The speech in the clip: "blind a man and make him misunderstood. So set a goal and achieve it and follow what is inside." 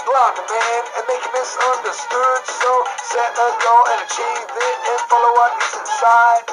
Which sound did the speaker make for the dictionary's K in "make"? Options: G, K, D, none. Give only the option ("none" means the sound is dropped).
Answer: none